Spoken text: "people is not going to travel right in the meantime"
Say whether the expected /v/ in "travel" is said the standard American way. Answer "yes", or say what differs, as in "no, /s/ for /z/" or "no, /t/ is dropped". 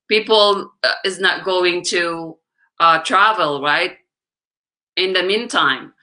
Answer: yes